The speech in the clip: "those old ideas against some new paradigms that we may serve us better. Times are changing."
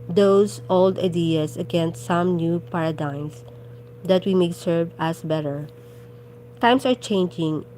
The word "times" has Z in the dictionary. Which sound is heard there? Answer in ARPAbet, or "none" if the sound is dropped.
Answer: S